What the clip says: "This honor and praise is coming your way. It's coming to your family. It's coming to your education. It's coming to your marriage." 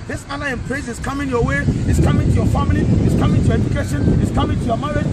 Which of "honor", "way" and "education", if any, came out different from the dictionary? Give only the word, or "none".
honor